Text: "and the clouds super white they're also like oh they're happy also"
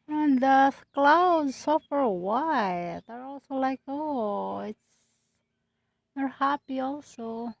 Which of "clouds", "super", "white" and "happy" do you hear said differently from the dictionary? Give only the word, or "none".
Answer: super